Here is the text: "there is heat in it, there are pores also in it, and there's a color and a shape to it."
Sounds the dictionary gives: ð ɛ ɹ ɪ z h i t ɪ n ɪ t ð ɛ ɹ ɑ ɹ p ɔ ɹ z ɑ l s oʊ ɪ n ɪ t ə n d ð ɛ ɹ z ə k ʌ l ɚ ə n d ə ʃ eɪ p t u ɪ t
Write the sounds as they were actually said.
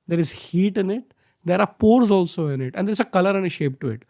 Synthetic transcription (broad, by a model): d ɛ ɹ ɪ z h i t ɪ n ɪ t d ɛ ɹ ɑ ɹ p ɔ ɹ z ɑ l s oʊ ɪ n ɪ t ə n d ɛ ɹ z ə k ʌ l ɚ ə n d ə ʃ eɪ p t u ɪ t